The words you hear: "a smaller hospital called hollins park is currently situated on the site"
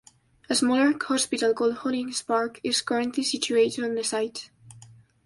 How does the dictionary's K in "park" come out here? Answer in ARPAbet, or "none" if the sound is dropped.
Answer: K